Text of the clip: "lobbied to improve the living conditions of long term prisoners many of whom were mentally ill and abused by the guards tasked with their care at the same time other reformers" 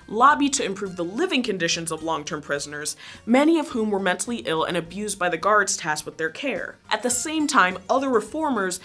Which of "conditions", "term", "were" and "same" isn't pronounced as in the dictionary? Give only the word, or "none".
none